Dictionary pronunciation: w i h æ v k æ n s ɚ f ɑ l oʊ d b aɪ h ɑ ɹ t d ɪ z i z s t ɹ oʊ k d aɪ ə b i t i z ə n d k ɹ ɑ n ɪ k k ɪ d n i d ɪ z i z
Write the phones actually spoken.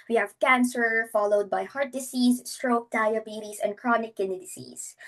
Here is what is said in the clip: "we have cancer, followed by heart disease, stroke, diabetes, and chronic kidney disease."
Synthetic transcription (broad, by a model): w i h æ v k æ n s ɚ f ɑ l oʊ d b aɪ h ɑ ɹ t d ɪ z i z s t ɹ oʊ k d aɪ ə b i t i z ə n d k ɹ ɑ n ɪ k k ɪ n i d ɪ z i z